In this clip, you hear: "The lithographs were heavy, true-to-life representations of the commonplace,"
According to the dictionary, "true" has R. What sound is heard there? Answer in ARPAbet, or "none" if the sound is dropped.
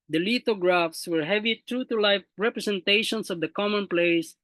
R